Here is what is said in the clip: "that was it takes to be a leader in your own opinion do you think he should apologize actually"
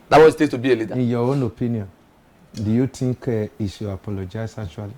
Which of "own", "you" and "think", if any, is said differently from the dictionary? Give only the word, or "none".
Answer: think